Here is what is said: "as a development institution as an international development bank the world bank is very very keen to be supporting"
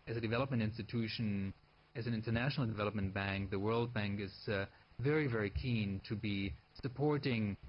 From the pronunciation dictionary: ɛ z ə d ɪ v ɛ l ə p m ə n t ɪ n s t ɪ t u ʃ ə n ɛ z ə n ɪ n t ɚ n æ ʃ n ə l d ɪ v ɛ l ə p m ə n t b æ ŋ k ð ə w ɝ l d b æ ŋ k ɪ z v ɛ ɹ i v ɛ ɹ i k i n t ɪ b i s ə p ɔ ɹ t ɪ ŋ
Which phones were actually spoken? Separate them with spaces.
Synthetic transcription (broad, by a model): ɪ z ə d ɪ v ɛ l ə p m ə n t ɪ n s t ɪ t u ʃ ə n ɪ z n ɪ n t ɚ n æ ʃ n l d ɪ v ɛ l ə p m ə n b æ ŋ k ð ə w ɝ l d b æ ŋ k ɪ z v ɛ ɹ i v ɛ ɹ i k i n t ɪ b i s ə p ɔ ɹ t ɪ ŋ